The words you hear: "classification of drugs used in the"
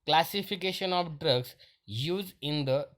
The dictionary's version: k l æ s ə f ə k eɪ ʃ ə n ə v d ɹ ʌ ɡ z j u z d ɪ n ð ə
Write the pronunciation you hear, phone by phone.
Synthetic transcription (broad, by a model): k l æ s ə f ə k eɪ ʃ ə n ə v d ɹ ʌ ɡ s j u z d ɪ n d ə